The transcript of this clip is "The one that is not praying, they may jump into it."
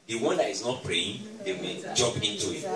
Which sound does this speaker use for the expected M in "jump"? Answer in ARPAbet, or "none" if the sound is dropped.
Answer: none